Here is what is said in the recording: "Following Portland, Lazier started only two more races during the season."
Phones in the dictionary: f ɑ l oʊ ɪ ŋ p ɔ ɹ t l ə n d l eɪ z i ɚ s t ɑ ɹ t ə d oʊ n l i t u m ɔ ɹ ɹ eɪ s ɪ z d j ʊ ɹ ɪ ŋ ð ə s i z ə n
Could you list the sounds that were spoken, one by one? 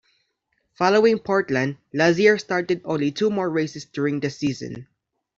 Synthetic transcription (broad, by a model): f ɑ l oʊ ɪ ŋ p ɔ ɹ t l ə n d l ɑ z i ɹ s t ɑ ɹ t ə d oʊ n l i t u m ɔ ɹ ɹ eɪ s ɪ s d j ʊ ɹ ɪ ŋ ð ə s i z ə n